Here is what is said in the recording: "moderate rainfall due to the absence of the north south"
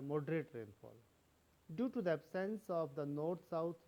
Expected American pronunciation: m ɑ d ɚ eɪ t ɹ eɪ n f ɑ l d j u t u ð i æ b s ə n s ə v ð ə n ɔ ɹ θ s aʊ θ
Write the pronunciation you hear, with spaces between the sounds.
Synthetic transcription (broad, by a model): m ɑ d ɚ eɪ t ɹ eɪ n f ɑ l d j u t u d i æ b s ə n s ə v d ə n ɔ ɹ t s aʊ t